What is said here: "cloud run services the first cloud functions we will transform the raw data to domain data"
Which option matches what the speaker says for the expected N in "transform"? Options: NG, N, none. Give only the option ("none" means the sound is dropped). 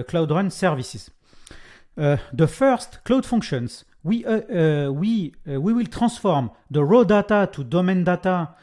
none